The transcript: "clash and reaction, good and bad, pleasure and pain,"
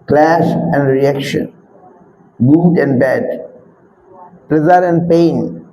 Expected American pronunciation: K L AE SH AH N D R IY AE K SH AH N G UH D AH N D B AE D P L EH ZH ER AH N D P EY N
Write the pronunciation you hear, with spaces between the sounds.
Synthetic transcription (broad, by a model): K L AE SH AH N D R IY AE K SH AH N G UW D AH N D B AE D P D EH Z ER AH N D P EY N